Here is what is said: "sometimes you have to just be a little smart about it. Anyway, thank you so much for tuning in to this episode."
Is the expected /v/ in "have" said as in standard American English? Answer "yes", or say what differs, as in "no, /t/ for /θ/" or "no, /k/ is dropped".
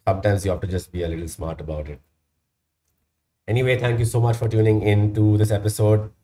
no, /f/ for /v/